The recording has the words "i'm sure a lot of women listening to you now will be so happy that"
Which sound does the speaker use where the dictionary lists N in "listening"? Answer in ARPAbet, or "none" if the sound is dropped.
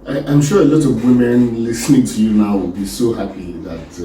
N